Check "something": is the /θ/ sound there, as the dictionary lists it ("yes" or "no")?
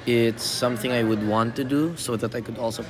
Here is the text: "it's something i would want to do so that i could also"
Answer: yes